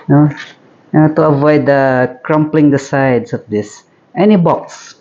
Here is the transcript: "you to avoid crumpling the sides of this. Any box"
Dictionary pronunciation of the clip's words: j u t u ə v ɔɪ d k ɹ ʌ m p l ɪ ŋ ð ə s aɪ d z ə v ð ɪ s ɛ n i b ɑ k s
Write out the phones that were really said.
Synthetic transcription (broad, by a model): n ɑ t u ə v ɔɪ d k ɹ ʌ m p l ɪ ŋ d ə s aɪ d s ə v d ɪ s ɛ n i b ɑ k s